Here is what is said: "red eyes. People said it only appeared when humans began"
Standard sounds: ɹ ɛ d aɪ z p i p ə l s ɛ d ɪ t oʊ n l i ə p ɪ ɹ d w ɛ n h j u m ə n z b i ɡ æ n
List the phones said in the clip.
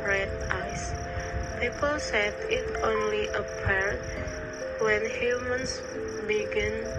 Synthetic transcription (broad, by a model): ɹ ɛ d aɪ s p i p ə l s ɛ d ɪ t oʊ n l i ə p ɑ ɹ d w ɛ n h j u m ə n s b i ɡ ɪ n